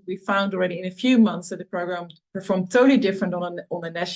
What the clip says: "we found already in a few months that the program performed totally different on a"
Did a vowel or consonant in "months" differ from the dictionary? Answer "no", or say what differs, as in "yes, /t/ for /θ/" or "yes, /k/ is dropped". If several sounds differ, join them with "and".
no